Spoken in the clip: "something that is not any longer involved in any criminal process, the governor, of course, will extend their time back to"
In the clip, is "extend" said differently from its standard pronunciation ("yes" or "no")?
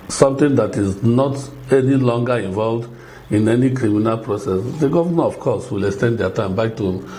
no